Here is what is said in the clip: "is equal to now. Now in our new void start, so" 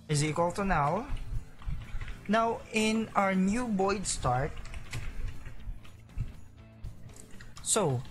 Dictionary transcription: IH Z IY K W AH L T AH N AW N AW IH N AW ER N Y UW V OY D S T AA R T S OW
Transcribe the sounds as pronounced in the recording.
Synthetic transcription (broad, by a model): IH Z IY K W AH L T AH N AW N AW IH N AW ER N Y UW B OY D S T AA R T S OW